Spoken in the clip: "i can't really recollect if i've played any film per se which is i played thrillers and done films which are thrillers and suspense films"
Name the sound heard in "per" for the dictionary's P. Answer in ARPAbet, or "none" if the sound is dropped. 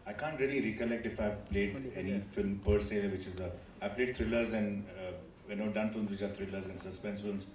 P